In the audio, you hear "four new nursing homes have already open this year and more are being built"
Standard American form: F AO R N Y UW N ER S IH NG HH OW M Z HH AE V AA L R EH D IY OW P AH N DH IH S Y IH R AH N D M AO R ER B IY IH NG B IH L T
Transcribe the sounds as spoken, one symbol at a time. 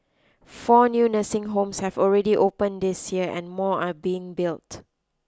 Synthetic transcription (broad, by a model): F AO N Y UW N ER S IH NG HH OW M S HH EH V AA L R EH D IY OW P AH N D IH S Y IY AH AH N M AO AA B IY IH NG B IH L T